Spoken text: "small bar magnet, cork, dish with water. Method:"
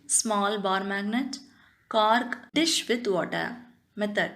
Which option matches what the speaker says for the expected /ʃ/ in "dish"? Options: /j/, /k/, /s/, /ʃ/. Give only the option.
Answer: /ʃ/